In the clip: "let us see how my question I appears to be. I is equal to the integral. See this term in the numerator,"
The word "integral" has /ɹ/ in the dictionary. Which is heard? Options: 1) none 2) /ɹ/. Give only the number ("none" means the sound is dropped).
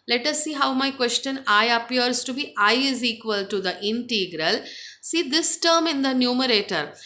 2